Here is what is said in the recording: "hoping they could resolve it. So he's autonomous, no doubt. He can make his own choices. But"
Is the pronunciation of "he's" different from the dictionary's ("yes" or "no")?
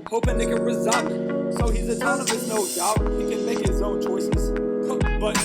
no